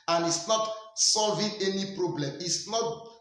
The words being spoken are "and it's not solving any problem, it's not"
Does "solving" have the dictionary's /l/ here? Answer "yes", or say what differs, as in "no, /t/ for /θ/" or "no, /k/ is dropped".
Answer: yes